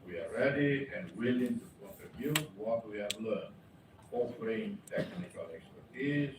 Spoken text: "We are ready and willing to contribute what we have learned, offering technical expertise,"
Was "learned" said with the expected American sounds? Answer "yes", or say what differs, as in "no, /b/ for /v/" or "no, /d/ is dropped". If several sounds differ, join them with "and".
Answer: no, /d/ is dropped